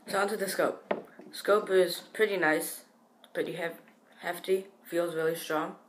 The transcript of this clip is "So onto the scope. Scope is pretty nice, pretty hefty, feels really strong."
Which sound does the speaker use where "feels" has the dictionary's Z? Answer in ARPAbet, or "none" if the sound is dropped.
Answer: Z